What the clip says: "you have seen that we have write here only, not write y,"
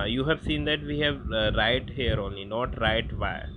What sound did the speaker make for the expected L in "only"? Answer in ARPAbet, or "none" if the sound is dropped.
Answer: L